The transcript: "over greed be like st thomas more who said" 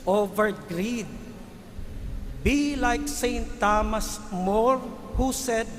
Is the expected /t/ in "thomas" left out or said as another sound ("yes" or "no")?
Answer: no